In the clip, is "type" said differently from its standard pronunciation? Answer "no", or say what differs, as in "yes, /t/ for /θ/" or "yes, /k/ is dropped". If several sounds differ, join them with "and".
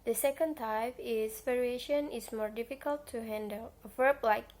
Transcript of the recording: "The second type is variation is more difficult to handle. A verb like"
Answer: yes, /f/ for /p/